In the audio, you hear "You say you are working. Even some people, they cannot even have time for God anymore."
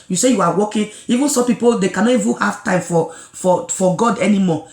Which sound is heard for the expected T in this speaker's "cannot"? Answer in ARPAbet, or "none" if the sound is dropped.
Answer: none